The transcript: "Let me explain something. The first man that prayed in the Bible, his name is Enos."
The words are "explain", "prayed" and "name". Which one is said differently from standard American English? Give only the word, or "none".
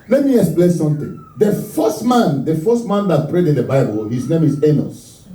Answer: none